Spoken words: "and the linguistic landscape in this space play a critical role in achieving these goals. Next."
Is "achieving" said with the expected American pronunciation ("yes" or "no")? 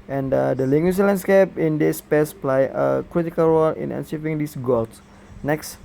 no